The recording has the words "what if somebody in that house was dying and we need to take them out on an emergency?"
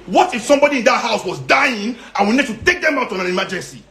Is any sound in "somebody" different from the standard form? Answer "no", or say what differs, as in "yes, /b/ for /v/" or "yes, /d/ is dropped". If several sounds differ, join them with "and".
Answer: no